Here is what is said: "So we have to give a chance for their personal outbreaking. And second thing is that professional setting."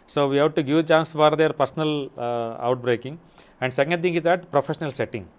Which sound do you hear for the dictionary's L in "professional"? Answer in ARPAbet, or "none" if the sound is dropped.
L